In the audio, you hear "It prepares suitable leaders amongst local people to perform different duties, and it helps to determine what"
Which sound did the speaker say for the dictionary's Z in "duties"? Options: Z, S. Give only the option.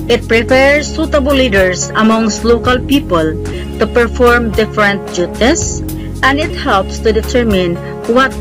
S